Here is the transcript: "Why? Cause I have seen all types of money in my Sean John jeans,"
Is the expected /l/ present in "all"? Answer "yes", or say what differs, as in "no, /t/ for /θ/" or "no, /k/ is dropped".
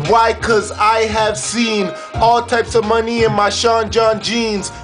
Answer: yes